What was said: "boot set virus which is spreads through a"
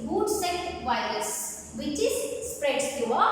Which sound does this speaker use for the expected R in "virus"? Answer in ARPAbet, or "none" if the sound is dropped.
R